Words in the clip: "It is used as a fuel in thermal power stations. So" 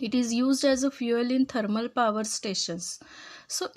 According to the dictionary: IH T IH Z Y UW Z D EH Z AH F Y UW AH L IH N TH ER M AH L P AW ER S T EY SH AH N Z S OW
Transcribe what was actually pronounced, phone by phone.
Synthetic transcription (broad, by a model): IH T IH Z Y UW Z D EH Z AH F Y UW AH L IH N T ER M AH L P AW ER S T EY SH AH N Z S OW